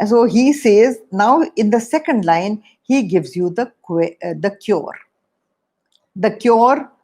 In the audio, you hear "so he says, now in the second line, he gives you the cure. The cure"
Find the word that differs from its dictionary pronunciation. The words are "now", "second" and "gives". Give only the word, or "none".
none